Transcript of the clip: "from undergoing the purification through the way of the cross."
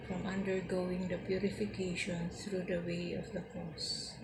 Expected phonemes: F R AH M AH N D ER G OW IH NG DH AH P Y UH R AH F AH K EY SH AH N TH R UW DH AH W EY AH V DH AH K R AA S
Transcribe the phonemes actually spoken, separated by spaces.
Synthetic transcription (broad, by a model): F R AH M AH N D ER G OW IH NG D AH P Y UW R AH F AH K EY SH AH N S R UW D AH W EY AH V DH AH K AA S